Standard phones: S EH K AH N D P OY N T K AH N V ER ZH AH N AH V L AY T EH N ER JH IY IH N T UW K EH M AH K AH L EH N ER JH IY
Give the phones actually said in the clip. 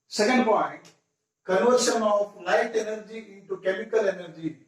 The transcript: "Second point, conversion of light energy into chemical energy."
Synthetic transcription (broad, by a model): S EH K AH N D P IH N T K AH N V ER S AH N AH P L AY T EH N ER JH IY IH N T UW K EH M AH K AH L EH N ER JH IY